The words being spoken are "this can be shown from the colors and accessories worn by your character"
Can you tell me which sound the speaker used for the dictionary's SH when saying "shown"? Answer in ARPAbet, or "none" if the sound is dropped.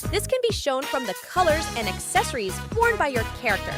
SH